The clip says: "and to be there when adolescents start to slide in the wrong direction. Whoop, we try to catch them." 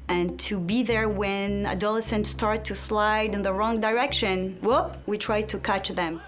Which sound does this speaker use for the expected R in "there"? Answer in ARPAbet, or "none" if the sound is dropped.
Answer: R